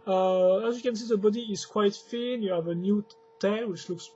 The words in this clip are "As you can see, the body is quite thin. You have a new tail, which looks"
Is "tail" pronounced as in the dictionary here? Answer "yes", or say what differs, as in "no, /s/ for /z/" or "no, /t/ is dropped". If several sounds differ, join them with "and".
no, /n/ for /l/